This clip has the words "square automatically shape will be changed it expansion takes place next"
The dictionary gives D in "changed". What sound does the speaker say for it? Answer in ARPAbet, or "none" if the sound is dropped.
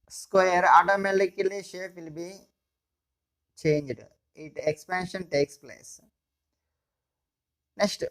D